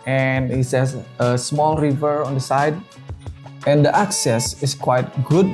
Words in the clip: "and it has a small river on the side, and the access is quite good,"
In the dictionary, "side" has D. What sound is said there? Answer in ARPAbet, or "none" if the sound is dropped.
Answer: D